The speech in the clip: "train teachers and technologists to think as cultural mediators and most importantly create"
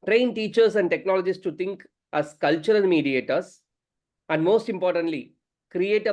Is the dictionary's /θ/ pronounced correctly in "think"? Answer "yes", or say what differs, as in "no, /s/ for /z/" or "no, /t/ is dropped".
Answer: no, /t/ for /θ/